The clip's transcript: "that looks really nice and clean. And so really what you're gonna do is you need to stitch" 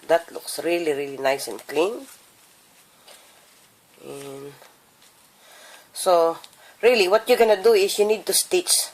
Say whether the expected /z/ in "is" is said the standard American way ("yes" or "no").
no